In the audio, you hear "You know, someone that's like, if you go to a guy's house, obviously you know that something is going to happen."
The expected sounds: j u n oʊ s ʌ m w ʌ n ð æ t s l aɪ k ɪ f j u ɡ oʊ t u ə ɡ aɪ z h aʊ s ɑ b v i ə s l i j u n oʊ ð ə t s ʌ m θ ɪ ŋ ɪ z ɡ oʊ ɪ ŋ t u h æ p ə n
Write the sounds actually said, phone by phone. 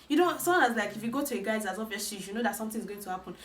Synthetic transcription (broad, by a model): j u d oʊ s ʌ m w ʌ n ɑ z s l aɪ k ɪ f j u ɡ oʊ t u ə ɡ aɪ z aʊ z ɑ v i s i j u n oʊ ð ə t s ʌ m t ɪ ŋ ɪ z ɡ oʊ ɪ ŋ t u h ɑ p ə n